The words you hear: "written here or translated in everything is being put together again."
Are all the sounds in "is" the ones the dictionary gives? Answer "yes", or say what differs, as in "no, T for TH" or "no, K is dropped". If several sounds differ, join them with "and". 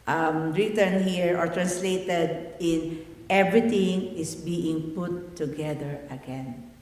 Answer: no, S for Z